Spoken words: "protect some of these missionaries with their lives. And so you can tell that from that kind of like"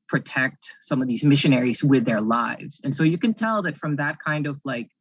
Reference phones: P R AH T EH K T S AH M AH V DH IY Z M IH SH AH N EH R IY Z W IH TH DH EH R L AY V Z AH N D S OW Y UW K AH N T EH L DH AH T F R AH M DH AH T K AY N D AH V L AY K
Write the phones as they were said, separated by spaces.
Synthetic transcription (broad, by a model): P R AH T EH K T S AH M AH V DH IY Z M IH SH AH N EH R IY Z W IH DH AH R L AY V Z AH N S OW Y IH K AH N T EH L DH AH T F R AH M DH AH T K AY N D AH V L AY K